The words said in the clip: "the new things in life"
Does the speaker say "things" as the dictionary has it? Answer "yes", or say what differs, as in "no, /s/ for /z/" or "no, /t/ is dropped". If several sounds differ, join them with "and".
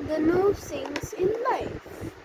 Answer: no, /s/ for /θ/